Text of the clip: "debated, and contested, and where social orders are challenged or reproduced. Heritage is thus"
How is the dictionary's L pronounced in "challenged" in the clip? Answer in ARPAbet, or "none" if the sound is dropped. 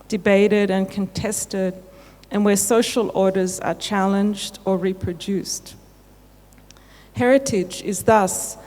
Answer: L